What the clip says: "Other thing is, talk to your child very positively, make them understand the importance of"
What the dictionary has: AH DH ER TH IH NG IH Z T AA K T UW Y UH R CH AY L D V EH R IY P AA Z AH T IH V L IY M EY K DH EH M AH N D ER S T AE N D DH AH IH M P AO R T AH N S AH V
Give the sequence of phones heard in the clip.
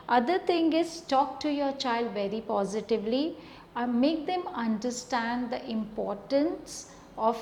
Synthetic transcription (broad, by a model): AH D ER T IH NG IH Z T AA K T UW Y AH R CH AY L D V EH R IY P AA Z AH T IH V L IY M EY K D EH M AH N D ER S T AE N D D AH IH M P AO R T AH N S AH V